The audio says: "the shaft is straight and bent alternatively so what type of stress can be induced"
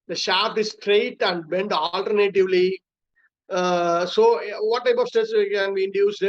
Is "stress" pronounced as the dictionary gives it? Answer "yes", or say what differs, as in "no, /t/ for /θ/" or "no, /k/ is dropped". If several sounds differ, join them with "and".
no, /ɹ/ is dropped